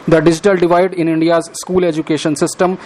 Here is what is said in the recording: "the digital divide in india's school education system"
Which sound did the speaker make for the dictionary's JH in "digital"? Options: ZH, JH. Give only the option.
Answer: JH